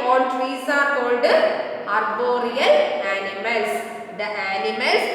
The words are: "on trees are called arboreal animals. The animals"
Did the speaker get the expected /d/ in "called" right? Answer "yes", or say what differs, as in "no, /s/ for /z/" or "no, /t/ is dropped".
yes